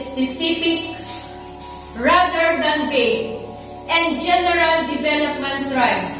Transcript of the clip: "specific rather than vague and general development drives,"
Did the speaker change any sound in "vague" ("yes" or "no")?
yes